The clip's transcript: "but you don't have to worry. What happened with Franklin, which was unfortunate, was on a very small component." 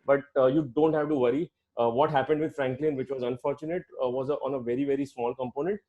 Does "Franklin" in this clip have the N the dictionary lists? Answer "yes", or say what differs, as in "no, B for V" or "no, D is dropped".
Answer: yes